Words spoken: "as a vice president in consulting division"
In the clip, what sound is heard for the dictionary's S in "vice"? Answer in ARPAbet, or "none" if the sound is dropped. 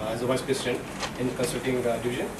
S